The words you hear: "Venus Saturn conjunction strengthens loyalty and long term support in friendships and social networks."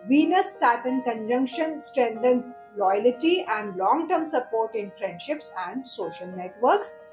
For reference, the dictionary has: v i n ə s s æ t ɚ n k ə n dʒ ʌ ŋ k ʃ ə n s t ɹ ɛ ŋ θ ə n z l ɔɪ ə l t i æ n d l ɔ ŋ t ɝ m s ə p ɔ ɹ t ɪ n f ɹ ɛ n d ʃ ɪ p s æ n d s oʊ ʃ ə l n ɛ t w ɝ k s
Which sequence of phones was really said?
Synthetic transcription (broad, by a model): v i n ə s s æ t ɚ n k ə n dʒ ʌ ŋ k ʃ ə n s t ɹ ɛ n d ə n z l ɔɪ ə l t i æ n d l ɔ ŋ t ɝ m s ə p ɔ ɹ t ɪ n f ɹ ɛ n d ʃ ɪ p s æ n d s oʊ ʃ ə l n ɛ t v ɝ k s